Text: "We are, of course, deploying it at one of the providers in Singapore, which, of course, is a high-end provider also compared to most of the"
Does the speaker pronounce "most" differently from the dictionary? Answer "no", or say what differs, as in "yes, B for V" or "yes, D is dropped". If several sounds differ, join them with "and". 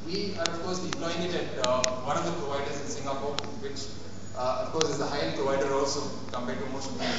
yes, SH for S